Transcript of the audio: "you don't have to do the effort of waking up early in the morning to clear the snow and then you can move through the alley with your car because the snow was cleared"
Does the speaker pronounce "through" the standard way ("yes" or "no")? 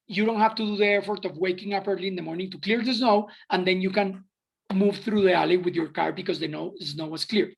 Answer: yes